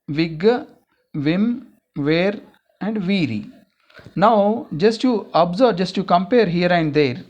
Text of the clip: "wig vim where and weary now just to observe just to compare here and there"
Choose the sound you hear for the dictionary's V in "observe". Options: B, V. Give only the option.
B